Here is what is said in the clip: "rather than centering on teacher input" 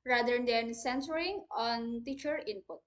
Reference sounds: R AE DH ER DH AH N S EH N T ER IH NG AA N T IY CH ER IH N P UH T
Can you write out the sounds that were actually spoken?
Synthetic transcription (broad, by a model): R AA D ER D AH N S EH N S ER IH NG AA N T IY CH ER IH N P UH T